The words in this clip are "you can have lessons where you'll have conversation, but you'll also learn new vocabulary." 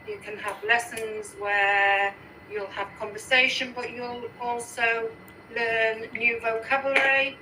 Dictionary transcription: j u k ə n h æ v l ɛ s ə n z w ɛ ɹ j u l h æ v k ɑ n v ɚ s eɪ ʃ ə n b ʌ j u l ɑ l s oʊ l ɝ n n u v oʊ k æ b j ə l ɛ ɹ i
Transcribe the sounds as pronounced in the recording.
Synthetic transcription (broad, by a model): j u k ə n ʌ v l ɛ s ə n z w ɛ j u l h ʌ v k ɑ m v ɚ s eɪ ʃ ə n b ʌ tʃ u l ɑ l s oʊ l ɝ n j u v oʊ k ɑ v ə l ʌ ɹ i